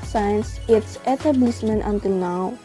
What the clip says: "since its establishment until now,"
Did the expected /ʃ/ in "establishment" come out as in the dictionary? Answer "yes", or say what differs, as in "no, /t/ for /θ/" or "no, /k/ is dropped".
no, /s/ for /ʃ/